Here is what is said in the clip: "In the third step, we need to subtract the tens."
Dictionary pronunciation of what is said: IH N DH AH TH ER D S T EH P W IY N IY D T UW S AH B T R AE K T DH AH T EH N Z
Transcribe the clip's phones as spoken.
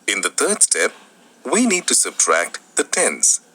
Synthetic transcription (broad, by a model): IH N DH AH T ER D S T EH P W IY N IY D T UW S AH B T R AE K T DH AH T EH N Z